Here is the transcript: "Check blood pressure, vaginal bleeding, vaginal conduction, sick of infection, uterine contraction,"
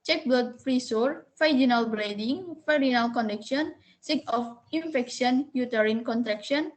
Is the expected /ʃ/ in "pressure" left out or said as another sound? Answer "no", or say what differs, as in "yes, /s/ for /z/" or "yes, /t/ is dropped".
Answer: yes, /s/ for /ʃ/